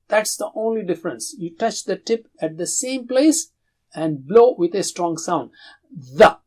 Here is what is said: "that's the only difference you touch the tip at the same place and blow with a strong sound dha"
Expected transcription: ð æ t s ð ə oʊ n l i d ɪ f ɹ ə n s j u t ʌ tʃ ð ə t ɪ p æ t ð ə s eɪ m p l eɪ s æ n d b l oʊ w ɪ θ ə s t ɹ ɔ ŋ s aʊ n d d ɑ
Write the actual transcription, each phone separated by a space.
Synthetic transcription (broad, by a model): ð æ t s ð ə oʊ n l i d ɪ f ɹ ə n s j u t ʌ tʃ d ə t ɪ p æ t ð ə s eɪ m p l eɪ s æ n d b l oʊ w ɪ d ə s t ɹ ɔ ŋ s aʊ n d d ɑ